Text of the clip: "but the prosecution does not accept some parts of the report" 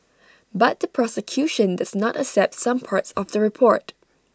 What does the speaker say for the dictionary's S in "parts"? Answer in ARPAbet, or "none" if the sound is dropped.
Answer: S